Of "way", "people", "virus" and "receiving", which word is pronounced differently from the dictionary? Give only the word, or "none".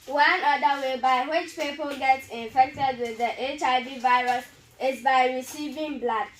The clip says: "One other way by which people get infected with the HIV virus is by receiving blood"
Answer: none